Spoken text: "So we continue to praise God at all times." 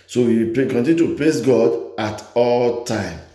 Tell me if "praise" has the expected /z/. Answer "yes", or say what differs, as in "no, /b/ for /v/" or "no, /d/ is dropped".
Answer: no, /s/ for /z/